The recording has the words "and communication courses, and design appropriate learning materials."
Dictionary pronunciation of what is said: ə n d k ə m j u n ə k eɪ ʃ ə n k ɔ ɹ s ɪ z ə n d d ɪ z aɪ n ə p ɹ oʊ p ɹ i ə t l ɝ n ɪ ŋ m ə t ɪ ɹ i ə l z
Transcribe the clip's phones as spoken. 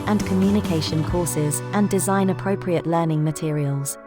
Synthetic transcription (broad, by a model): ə n k ə m j u n ə k eɪ ʃ ə n k ɔ s ɪ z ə n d d ɪ z aɪ n ə p ɹ oʊ p ɹ i ə t l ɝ n ɪ ŋ m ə t ɪ ɹ i ə l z